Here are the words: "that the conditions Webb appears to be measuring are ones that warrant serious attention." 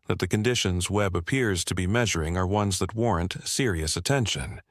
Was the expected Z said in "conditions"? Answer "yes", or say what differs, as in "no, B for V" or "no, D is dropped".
yes